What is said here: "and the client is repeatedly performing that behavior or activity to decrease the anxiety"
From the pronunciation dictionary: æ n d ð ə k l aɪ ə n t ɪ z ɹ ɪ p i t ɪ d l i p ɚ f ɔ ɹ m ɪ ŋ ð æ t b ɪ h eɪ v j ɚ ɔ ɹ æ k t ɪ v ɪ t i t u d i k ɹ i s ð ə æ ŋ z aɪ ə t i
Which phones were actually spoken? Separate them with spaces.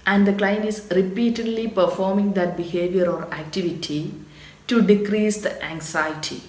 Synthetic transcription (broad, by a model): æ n d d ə k l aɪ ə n ɪ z ɹ ɪ p i t ɪ d l i p ɚ f ɔ ɹ m ɪ ŋ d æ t b ɪ h eɪ v j ɚ ɔ ɹ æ k t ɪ v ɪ t i t u d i k ɹ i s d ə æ ŋ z aɪ t i